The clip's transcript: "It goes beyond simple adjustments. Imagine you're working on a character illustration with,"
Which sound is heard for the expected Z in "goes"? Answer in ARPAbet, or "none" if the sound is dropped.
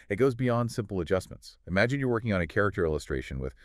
Z